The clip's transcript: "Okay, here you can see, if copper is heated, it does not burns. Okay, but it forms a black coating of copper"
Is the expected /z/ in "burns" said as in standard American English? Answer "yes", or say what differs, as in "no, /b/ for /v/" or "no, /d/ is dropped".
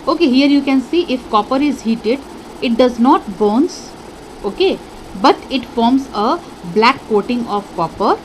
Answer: no, /s/ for /z/